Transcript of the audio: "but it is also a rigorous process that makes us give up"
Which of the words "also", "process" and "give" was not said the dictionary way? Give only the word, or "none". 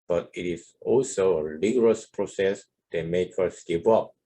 give